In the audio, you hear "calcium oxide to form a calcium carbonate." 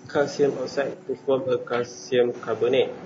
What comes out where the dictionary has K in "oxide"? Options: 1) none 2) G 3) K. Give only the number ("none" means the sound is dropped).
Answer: 1